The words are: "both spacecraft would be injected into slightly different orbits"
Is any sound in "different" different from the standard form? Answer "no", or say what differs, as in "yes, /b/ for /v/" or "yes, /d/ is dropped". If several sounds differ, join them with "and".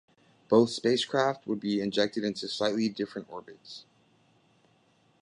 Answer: no